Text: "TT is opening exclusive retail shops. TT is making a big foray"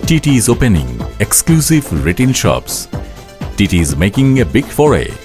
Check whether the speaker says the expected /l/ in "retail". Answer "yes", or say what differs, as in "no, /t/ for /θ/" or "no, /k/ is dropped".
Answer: no, /n/ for /l/